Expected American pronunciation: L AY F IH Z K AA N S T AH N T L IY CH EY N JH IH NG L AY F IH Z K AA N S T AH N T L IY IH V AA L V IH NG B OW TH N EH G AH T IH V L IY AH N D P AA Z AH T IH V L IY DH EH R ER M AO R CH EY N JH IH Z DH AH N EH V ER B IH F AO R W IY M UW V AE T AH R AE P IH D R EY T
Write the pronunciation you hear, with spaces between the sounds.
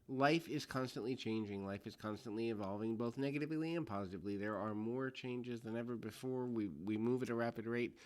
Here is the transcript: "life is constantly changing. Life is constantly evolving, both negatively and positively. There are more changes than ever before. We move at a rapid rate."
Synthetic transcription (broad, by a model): L AY F IH Z K AA N S T AH N T L IY CH EY N JH IH NG L AY F IH Z K AA N S T AH N T L IY IH V AA L V IH NG B OW TH N EH G AH T IH V L IY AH N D P AA Z AH T IH V L IY DH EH R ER M AO R CH EY N JH IH Z DH AH N EH V ER B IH F AO R W IY M UW V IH T AH R AE P IH D R EY T